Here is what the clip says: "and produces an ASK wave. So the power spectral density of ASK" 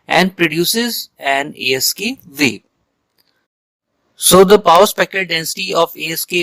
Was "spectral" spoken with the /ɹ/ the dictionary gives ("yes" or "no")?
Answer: no